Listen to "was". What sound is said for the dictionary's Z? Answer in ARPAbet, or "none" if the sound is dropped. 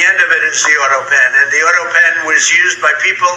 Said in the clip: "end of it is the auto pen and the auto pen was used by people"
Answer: Z